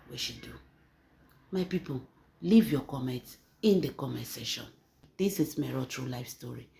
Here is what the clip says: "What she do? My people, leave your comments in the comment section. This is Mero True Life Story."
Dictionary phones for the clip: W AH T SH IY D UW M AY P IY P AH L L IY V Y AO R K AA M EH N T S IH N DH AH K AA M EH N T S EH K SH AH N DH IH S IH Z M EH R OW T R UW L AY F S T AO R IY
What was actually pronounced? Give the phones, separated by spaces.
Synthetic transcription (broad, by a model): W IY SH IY D UW M AY P IY P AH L L IY V Y AO K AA M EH N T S IH N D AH K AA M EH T S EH SH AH N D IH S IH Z M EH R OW T R UW L AY F S T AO R IY